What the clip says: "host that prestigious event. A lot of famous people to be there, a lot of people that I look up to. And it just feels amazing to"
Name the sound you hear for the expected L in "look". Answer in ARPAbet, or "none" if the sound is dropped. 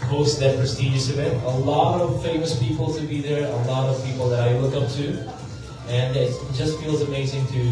W